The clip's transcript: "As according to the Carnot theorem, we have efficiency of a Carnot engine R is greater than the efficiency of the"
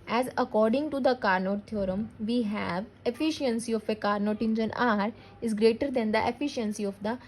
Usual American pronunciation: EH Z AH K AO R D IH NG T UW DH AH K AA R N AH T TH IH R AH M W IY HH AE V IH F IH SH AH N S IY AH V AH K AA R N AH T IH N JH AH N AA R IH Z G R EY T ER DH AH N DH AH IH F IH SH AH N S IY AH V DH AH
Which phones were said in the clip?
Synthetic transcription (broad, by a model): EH Z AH K AO R D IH NG T UW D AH K AA R N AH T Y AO R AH M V IY HH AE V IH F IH SH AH N S IY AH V AH K AA R N AH T IH N JH AH N AA R IH Z G R EY T ER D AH N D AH IH F IH SH AH N S IY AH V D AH